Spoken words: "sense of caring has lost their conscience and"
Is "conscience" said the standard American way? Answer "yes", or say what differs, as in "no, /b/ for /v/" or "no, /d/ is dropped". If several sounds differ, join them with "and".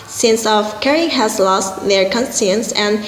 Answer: no, /s/ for /ʃ/